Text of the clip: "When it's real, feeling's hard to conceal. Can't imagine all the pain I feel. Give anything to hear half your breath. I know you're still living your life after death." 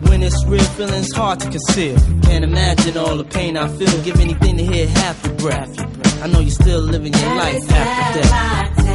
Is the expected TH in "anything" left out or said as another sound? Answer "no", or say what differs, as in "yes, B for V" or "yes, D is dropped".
no